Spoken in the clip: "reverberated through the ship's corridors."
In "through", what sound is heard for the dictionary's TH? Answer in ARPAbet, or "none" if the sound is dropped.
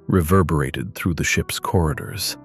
TH